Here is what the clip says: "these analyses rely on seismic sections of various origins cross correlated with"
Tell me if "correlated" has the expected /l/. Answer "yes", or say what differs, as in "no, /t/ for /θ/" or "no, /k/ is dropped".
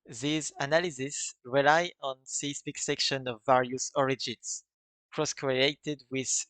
no, /l/ is dropped